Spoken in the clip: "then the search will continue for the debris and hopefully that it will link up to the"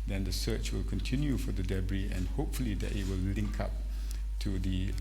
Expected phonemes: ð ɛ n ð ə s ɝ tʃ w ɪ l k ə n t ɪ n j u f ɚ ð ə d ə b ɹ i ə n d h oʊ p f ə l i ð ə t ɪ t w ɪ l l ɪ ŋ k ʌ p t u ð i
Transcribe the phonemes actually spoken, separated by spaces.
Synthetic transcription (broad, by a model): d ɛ n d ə s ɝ tʃ w ɪ l k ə n t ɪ n j u f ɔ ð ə d ə b ɹ i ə n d h oʊ p f ə l i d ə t ɪ t w ɪ l l ɪ ŋ k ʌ p t u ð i